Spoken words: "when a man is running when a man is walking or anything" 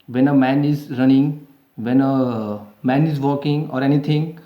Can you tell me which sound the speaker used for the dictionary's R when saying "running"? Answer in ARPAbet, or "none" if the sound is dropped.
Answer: R